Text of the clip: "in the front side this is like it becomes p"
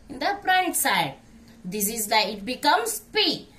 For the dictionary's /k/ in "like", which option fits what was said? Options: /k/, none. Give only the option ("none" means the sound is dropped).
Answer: none